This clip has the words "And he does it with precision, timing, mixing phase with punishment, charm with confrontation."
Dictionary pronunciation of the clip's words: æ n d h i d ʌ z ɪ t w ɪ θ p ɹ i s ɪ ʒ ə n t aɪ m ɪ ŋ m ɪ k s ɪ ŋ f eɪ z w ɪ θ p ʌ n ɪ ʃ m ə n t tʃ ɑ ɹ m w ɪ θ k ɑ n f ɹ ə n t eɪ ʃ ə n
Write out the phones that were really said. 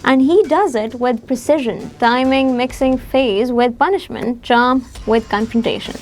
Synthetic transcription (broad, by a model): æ n d h i d ʌ z ɪ t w ɪ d p ɹ i s ɪ ʒ ə n t aɪ m ɪ ŋ m ɪ k s ɪ ŋ f eɪ z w ɪ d p ʌ n ɪ ʃ m ə n t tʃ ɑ m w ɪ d k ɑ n f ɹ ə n t eɪ ʃ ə n